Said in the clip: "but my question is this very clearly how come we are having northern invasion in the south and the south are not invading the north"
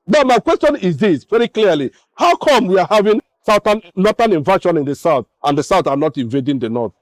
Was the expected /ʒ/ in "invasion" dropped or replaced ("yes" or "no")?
yes